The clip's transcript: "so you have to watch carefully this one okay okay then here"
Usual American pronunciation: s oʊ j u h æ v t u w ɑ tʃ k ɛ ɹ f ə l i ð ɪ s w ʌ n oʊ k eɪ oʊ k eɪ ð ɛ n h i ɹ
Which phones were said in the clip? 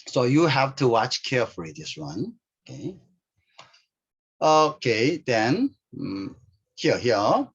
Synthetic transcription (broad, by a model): s oʊ j u h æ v t u w ɑ tʃ k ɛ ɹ f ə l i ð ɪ s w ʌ n oʊ k eɪ oʊ k eɪ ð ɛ n h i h